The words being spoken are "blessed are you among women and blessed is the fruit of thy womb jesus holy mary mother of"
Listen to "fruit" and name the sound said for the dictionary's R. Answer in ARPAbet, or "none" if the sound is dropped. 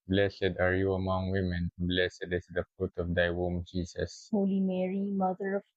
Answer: none